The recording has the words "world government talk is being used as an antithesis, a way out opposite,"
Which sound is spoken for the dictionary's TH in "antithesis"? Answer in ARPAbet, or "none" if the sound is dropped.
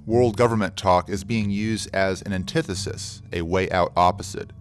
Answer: TH